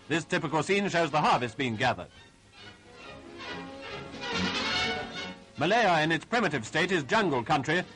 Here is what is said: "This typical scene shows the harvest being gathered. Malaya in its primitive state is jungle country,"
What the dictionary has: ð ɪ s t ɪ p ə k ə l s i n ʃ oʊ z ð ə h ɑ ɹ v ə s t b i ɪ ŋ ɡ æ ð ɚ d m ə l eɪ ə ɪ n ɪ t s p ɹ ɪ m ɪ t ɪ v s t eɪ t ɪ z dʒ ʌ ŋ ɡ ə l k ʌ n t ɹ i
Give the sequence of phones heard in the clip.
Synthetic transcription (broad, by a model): ð ɪ s t ɪ p ə k ə l s i n ʃ oʊ z ð ə h ɑ ɹ v ə s t b i ɪ ŋ ɡ æ ð ɚ d m ə l eɪ ə ɪ n ɪ t s p ɹ ɪ m ɪ t ɪ v s t eɪ t ɪ z dʒ ʌ ŋ ɡ ə l k ʌ n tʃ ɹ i